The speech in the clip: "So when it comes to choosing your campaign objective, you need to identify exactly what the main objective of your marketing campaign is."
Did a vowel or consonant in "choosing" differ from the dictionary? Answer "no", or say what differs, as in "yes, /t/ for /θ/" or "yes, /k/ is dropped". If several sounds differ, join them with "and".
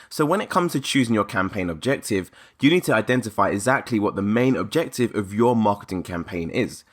no